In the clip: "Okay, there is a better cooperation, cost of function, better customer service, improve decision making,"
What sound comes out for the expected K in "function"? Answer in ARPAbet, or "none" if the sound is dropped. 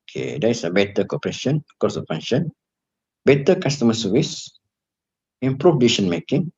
none